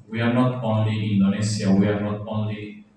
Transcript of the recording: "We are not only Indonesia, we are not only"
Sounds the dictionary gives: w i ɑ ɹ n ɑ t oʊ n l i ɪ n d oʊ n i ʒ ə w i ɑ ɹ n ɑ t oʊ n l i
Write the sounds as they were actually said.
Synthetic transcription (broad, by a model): w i ɑ ɹ n ɑ t oʊ n l i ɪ n d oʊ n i s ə w i ɑ ɹ n ɑ t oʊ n l i